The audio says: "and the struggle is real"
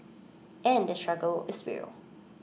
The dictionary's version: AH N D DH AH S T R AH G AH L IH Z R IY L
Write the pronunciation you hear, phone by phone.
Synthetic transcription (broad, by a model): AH N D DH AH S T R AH G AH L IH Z W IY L